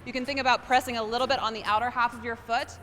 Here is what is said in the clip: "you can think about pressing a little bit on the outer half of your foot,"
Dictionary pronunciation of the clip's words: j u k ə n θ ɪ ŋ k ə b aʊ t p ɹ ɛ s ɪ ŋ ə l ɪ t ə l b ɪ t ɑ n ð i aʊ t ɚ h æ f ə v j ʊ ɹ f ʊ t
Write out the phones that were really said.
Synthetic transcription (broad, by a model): j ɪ k ə n θ ɪ ŋ k ə b aʊ t p ɹ ɛ s ɪ ŋ ə l ɪ t l b ɪ t n ð i aʊ t ɚ h æ f ə v j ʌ ɹ f ʊ t